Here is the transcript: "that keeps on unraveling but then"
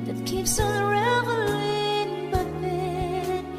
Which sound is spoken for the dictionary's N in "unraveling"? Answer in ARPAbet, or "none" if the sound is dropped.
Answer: none